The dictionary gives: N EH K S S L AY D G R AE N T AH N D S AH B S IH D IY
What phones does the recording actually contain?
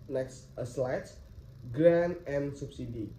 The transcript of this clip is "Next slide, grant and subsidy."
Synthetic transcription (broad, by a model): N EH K S S L AY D G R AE N AH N S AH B S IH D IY